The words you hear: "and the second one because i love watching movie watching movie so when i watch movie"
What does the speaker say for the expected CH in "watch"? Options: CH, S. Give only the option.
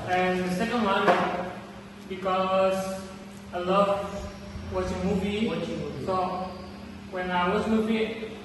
S